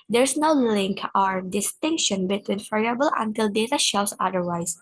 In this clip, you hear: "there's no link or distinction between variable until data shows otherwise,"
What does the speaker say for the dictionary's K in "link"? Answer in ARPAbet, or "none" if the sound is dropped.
K